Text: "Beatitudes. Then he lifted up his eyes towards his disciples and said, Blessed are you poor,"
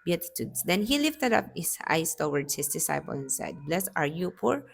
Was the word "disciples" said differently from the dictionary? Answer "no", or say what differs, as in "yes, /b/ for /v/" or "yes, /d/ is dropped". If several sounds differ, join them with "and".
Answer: yes, /z/ is dropped